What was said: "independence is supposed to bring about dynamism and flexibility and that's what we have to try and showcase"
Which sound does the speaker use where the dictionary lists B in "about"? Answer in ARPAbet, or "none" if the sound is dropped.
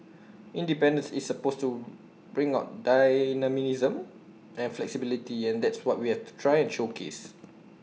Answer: none